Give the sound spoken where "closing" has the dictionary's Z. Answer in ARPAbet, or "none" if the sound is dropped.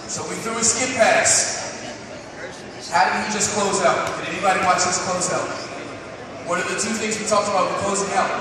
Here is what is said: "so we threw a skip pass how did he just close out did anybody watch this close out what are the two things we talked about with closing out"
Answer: Z